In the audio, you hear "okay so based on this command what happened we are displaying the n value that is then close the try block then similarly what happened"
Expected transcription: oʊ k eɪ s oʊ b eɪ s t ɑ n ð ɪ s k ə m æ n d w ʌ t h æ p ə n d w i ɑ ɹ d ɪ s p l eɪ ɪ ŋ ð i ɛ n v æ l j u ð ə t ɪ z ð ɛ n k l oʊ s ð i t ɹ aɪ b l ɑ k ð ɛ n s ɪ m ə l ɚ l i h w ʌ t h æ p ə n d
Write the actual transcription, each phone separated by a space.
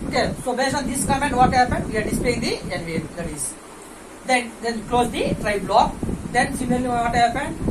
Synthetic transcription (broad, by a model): oʊ k eɪ s oʊ b eɪ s ɑ n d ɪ s k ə m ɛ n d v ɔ t h æ p ə n d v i ɑ ɹ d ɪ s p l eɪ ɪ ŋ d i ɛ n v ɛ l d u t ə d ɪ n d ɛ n k l oʊ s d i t ɹ aɪ b l ɑ k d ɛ n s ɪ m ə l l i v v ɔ t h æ p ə n d